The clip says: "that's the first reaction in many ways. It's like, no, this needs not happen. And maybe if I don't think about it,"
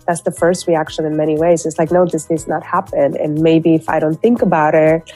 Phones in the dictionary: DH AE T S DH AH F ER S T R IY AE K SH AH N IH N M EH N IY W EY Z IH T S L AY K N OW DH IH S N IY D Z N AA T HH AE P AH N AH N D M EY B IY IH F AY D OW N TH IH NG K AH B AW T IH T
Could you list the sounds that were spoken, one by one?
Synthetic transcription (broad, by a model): DH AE T S DH AH F ER S T R IY AE K SH AH N IH N M EH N IY W EY Z IH T S L AY K N OW DH IH S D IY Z N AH T HH AE P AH N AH N M EY B IY IH F AY D OW N TH IH NG K AH B AW T IH T